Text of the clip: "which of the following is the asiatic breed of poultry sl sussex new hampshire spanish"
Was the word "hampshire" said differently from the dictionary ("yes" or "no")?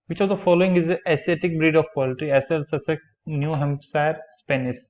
yes